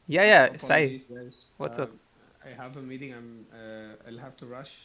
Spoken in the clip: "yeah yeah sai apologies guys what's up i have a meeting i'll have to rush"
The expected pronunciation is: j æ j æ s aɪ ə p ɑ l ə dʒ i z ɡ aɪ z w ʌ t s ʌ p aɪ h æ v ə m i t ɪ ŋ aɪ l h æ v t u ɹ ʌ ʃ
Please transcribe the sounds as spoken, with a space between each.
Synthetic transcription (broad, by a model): j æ j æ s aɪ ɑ ə i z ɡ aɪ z w ʌ t s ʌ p aɪ h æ v ə m i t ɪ ŋ aɪ l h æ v t u ɹ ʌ ʃ